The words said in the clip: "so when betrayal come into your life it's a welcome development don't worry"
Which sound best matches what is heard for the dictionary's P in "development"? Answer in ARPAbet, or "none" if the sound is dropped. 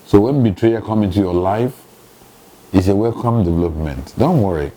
P